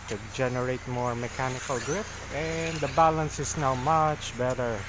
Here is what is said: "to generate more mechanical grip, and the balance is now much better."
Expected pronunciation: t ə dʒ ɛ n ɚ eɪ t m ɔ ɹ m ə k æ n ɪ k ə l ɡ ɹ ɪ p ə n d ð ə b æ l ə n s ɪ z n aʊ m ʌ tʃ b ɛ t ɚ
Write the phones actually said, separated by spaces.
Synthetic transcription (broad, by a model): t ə dʒ ɛ n ɚ eɪ t m ɔ ɹ m ə k æ n ɪ k ə l ɡ ɹ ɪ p ə n d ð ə b æ l ə n s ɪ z n aʊ m ʌ tʃ b ɛ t ɚ